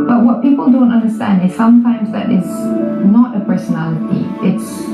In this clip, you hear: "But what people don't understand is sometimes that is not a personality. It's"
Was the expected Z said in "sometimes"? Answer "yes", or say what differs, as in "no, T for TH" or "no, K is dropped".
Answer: yes